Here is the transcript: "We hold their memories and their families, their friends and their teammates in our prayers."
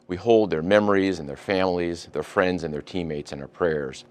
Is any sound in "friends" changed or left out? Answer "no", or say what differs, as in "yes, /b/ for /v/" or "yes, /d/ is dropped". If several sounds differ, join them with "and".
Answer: no